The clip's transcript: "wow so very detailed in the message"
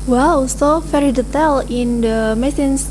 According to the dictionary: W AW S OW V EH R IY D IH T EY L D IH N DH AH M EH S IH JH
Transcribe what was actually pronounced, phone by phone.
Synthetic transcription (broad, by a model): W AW S OW F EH R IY D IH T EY L IH N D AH M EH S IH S